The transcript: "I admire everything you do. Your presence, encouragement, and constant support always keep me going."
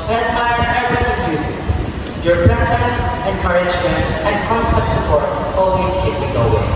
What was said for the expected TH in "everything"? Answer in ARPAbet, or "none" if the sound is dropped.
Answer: T